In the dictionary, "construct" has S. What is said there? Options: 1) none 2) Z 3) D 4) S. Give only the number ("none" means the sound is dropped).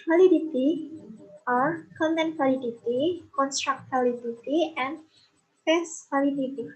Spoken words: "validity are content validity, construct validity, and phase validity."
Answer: 4